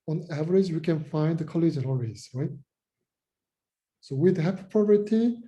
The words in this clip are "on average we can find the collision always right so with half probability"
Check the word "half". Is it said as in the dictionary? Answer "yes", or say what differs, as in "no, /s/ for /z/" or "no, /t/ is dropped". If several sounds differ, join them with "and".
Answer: no, /p/ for /f/